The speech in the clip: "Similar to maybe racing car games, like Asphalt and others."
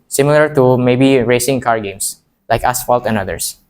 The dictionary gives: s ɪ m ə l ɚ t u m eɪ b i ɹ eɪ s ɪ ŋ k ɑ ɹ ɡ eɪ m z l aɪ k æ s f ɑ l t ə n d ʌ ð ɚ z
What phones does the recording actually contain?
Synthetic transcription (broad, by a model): s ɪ m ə l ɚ t u m eɪ b i ɹ eɪ s ɪ ŋ k ɑ ɹ ɡ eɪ m s l aɪ k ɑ s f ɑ l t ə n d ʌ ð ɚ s